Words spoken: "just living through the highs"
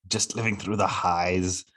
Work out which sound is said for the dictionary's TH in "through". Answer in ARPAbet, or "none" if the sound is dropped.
TH